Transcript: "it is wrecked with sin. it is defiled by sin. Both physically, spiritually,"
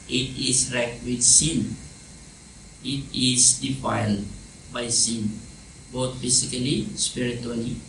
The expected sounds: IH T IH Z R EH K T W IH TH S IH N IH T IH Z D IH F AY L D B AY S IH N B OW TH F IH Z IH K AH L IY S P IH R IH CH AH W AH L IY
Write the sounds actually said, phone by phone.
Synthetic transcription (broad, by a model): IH T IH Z R EH K T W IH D S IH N IH T IH Z D IH F AY L D B AY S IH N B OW T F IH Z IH K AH L IY S P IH R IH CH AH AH L IY